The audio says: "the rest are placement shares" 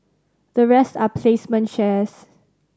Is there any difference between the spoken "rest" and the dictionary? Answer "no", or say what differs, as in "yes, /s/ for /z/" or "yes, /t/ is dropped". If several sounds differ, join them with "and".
no